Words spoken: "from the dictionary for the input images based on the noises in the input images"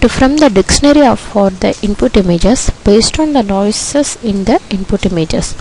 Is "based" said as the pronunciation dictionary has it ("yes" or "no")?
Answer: yes